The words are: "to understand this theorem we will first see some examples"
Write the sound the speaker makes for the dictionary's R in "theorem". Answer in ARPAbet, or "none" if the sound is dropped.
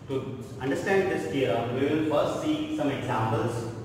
none